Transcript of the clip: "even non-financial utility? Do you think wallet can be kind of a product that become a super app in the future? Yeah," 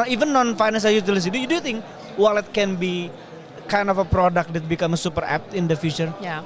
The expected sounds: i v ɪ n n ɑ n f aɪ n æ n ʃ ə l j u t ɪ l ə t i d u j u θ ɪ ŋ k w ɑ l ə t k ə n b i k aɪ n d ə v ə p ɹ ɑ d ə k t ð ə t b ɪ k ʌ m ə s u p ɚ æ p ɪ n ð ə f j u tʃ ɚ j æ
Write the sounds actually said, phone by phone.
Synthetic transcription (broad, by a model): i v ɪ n n ɑ n f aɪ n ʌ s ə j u t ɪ l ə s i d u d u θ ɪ ŋ k w ɑ l ə t k ə n b i k aɪ n d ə f ə p ɹ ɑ d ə k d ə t b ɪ k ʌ m ə s u p ɚ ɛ p ɪ n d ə f j u tʃ ɚ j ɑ